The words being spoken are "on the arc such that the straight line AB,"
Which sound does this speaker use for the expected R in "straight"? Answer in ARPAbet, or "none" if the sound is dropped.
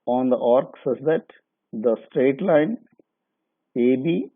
R